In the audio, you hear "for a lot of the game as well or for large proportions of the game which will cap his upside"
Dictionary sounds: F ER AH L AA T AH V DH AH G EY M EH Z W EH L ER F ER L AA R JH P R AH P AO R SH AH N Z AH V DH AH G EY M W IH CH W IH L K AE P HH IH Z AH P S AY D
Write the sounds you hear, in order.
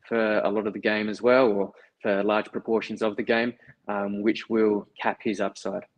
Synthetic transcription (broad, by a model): F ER AH L AA T AH V DH AH G EY M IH Z W EH L ER F ER L AA R JH P R AH P AO R SH AH N Z AH V DH AH G EY M W IH CH W IH L K AE P HH IH Z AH P S AY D